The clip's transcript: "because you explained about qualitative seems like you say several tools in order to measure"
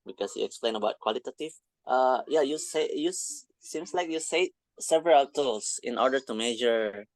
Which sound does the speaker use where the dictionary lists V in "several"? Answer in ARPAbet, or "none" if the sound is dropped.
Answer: V